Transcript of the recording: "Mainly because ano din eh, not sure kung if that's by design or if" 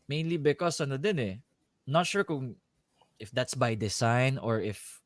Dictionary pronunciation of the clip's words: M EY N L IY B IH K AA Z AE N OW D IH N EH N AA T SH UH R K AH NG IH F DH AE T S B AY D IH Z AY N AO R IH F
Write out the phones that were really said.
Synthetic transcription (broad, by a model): M EY N L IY B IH K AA S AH N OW D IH N EH N AA T SH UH R K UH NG IH F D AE T S B AY D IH S AY N AO R IH F